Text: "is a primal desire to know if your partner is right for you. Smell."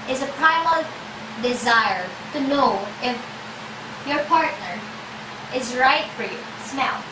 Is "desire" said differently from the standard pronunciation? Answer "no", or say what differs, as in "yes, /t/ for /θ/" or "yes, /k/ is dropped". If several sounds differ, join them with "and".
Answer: no